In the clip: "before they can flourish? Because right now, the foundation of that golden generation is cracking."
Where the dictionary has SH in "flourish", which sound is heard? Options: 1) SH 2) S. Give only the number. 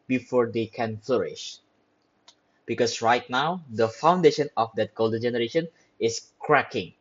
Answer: 1